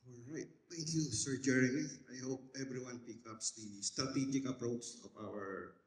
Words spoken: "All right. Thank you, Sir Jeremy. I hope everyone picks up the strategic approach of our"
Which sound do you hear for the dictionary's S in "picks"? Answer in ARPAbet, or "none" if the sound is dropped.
none